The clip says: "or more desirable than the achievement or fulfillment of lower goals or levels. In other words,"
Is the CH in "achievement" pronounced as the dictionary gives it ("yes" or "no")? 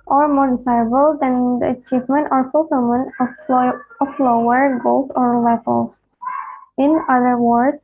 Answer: yes